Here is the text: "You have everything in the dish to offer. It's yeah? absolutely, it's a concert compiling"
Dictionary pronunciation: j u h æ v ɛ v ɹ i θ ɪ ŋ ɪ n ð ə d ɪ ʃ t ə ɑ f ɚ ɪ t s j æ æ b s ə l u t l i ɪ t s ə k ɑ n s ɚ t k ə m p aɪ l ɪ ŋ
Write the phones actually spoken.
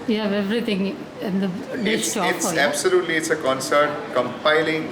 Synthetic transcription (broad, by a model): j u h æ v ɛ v ɹ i t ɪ ŋ ɪ n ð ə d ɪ s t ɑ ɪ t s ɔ æ b s ə l u t l i ɪ t s ə k ɑ n s ɚ t k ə m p aɪ l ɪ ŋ